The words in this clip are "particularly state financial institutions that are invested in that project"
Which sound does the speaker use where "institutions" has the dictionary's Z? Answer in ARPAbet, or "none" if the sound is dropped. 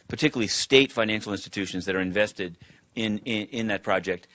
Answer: Z